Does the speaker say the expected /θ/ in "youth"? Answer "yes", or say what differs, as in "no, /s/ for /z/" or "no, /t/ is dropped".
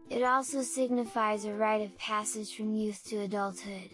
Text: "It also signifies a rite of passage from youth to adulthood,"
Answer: yes